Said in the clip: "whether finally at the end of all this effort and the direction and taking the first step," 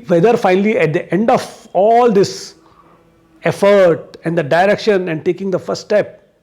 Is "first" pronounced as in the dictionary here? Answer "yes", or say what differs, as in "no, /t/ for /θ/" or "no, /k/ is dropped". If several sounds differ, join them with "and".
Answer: yes